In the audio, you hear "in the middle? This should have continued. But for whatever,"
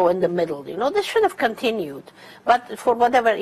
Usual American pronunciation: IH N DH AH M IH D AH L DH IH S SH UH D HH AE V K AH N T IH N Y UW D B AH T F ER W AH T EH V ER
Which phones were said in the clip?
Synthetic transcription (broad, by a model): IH N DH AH M IH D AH N DH IH S SH UH D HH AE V K AH N T IH N Y UW D B AH T F ER W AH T EH V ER